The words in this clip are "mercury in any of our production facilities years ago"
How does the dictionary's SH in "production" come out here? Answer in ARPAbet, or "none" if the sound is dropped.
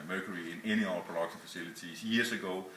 S